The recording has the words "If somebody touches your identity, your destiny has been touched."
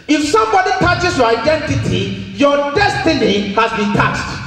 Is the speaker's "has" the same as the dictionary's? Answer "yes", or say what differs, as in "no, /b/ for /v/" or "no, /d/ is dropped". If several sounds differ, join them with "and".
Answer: no, /s/ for /z/